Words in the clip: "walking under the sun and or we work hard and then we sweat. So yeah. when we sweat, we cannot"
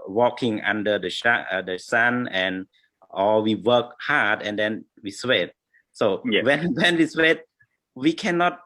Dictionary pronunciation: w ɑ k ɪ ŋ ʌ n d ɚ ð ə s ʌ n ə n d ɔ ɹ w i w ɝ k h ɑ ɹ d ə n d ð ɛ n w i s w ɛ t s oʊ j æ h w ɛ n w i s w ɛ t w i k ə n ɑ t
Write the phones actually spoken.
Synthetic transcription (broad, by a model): w ɑ k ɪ ŋ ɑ n d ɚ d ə ʃ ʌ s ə n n ɔ l w i w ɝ k h ɑ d ə n d ɛ n w i s w ɛ t s oʊ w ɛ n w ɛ n w i s w ɛ t w i k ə n ɑ t